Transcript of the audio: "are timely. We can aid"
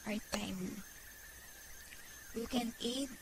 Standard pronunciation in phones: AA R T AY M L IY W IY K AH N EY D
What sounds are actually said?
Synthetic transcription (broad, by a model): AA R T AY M IY W IY K AH N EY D